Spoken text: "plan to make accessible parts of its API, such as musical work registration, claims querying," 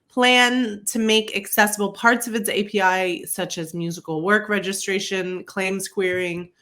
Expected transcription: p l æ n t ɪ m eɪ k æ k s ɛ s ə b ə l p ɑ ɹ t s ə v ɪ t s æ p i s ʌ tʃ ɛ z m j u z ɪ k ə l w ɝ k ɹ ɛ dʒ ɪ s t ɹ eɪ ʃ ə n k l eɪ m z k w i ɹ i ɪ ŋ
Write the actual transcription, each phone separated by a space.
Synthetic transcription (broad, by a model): p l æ n t ɪ m eɪ k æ k s ɛ s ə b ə l p ɑ ɹ t s ə v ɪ t s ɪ p i s ʌ tʃ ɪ z m j u z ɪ k l w ɝ k ɹ ɛ dʒ ɪ s t ɹ eɪ ʃ ə n k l eɪ m s k w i ɹ ɪ ŋ